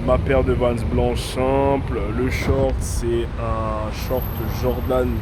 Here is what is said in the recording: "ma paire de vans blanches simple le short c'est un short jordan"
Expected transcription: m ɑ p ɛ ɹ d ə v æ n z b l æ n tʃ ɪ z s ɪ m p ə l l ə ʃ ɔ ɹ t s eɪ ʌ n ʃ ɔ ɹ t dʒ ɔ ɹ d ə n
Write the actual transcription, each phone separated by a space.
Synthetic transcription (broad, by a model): m ɑ p ɛ ɹ d ə v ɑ n s b l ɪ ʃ s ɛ p l l ə ʃ ɔ ɹ t s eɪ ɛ ʃ ɔ ɹ t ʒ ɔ ɹ d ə n